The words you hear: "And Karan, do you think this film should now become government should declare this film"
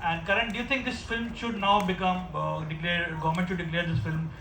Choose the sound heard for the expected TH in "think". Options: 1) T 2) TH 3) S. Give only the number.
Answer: 1